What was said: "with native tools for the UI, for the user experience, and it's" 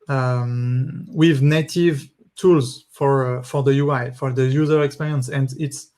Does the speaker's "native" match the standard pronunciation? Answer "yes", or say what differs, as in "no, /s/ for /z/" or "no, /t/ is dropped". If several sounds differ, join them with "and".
yes